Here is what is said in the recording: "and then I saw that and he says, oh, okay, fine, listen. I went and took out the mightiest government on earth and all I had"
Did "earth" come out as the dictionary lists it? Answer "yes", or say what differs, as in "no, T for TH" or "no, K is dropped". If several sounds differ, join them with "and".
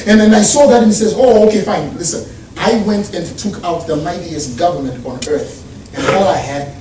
yes